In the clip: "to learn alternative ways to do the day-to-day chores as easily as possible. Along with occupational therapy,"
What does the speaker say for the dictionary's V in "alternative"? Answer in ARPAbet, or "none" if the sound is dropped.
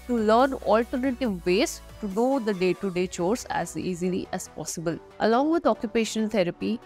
V